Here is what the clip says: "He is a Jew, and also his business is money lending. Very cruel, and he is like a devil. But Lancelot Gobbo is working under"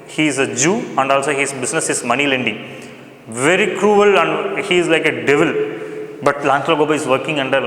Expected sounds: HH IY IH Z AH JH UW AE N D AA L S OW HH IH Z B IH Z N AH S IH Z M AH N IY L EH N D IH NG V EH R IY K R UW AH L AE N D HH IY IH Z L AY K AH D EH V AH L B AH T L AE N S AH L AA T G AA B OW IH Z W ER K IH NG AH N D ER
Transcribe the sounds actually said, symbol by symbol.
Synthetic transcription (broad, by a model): HH IY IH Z AH JH UW AE N D AA L S OW HH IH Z B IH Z N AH S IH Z M AH N IY L EH N D IH NG V EH R IY K R UW AH L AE N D HH IY IH Z L AY K AH D EH V AH L B AH T L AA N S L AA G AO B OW IH Z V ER K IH NG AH N D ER